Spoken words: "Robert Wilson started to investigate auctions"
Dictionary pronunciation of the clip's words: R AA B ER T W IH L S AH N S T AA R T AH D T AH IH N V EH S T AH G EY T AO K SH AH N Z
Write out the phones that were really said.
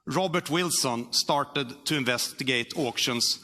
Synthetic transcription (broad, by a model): R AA B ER T W IH L S AH N S T AA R T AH D T AH IH N V EH S T AH G EY T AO K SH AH N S